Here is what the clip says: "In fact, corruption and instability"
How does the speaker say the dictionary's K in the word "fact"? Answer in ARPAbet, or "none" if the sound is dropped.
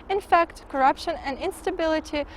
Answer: K